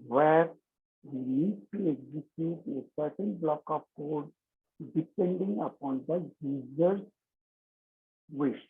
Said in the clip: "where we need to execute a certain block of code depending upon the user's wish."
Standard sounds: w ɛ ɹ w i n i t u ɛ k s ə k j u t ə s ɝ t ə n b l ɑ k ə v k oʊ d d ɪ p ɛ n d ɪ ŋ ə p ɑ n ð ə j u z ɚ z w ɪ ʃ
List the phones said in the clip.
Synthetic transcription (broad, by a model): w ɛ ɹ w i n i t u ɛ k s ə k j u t ə s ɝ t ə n b l ɑ k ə p k oʊ d d ɪ p ɛ n d ɪ ŋ ə p ɑ n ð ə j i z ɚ s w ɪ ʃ